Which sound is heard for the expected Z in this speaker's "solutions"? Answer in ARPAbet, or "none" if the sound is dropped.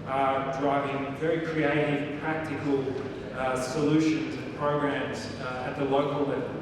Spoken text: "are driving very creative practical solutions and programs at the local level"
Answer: Z